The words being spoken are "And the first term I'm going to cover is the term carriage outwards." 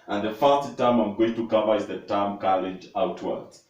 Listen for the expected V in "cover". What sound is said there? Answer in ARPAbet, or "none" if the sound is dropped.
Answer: V